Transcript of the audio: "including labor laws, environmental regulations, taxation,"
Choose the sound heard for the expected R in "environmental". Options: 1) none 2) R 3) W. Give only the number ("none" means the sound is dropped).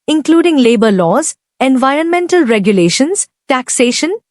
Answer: 2